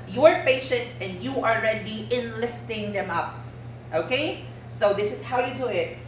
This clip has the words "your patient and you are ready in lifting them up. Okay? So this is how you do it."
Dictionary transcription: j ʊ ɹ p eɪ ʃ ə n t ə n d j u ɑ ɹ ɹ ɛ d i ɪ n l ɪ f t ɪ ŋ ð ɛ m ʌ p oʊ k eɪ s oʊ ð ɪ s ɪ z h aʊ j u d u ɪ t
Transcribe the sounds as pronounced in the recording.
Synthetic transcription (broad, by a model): j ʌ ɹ p eɪ ʃ ə n t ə n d j u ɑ l ɹ ɛ d i ɪ n l ɪ f t ɪ ŋ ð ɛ m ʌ p oʊ k eɪ s oʊ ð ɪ s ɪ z h aʊ j u d u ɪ t